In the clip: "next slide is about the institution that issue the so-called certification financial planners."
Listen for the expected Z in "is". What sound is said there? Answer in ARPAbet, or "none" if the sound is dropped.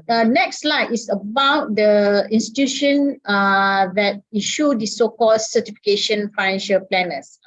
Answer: S